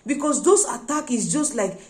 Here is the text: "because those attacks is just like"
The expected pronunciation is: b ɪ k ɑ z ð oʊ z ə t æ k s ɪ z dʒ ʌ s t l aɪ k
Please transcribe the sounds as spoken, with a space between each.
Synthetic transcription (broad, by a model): b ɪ k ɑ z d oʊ s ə t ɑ k ɪ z dʒ ʌ s t l aɪ k